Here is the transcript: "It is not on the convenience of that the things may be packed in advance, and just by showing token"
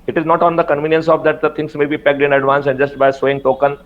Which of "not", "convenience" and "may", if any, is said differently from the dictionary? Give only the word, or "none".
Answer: none